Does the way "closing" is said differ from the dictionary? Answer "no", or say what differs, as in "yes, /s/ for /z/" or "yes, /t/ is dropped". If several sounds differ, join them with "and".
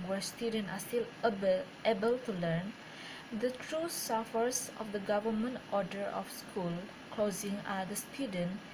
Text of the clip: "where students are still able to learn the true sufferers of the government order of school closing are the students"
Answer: no